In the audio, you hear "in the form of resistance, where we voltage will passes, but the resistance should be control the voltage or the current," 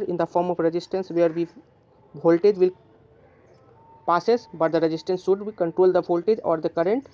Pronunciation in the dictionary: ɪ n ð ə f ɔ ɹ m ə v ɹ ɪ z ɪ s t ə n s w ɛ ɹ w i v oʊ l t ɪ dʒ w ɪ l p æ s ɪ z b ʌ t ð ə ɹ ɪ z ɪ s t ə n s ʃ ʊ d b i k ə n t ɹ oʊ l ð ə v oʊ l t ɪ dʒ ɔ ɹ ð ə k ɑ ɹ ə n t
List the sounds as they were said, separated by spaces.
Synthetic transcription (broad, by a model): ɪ n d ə f ɔ ɹ m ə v ɹ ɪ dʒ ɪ s t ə n s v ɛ ɹ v i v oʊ l t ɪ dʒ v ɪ l p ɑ s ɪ s b ʌ t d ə ɹ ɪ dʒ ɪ s t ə n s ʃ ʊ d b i k ə n t ɹ oʊ l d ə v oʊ l t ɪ dʒ ɔ ɹ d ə k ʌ ɹ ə n t